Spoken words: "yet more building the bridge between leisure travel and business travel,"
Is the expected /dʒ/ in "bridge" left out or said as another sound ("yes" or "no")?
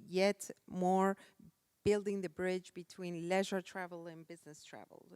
no